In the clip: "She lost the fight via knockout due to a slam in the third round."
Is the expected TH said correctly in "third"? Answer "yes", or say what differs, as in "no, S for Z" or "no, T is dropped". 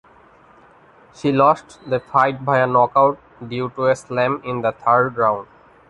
no, T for TH